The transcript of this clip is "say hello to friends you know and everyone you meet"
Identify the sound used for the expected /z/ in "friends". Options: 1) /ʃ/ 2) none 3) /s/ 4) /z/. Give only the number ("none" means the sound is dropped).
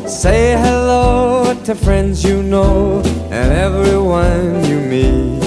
4